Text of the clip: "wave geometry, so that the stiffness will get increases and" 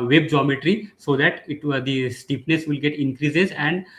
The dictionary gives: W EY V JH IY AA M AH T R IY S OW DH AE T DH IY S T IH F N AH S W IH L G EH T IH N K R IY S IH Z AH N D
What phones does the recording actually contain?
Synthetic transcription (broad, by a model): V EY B JH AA M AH T R IY S OW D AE T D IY S T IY P N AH S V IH L G EH T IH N K R IY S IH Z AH N D